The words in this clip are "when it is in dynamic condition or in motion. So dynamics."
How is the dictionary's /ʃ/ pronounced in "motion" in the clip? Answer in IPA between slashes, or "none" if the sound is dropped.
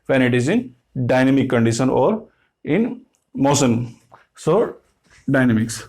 /s/